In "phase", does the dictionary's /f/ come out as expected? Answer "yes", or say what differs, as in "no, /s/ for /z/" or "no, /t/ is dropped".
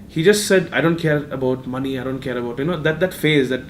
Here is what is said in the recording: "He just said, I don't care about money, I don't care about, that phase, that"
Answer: yes